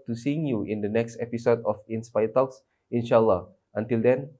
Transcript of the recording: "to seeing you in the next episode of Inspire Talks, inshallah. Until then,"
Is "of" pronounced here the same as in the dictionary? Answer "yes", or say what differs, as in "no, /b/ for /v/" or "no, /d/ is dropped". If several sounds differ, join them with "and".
no, /f/ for /v/